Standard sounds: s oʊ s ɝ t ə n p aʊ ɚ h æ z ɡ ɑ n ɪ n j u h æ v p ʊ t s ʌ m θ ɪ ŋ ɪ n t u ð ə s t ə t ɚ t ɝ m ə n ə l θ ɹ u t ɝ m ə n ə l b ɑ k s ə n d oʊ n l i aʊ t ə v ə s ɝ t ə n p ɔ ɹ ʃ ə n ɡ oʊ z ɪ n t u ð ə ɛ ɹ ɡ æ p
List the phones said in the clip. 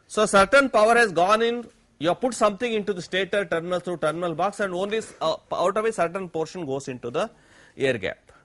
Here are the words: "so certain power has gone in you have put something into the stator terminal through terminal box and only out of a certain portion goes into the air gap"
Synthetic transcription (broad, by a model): s oʊ s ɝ t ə n p aʊ ɚ h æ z ɡ ɑ n ɪ n j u p ʊ t s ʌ m t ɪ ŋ ɪ n t u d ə s t ə t ɚ t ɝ m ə n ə l t ɹ u t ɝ m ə n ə l b ɑ k s ə n d oʊ n l i aʊ t ə v ə s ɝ t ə n p ɔ ɹ ʃ ə n ɡ oʊ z ɪ n t u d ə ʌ ɹ ɡ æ p